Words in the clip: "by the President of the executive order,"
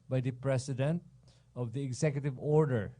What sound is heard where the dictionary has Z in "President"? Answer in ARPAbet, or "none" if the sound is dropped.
S